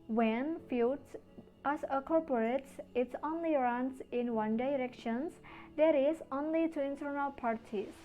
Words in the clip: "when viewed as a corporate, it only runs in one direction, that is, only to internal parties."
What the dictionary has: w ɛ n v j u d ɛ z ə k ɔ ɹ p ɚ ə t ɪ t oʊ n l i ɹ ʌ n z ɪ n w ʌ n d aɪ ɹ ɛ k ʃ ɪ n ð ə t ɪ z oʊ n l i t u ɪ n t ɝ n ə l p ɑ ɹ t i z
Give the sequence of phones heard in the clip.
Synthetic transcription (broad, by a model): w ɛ n f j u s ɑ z ə k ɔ ɹ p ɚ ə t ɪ t oʊ n l i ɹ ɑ n s ɪ n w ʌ n d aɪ ɹ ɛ k ʃ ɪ n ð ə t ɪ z oʊ n l i t u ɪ n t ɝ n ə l p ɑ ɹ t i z